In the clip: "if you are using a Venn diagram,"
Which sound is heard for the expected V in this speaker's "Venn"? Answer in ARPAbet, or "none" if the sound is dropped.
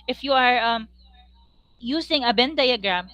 B